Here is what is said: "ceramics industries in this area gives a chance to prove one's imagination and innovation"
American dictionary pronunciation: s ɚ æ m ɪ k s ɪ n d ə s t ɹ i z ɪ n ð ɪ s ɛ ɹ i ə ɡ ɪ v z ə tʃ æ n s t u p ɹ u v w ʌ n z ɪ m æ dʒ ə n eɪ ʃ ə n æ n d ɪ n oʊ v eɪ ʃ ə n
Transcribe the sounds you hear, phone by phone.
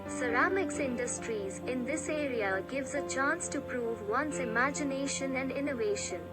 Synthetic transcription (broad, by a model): s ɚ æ m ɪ k s ɪ n d ə s t ɹ i z ɪ n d ɪ s ɛ ɹ i ə ɡ ɪ v z ə tʃ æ n s t u p ɹ u v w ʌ n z ɪ m æ dʒ ə n eɪ ʃ ə n æ n d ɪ n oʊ v eɪ ʃ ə n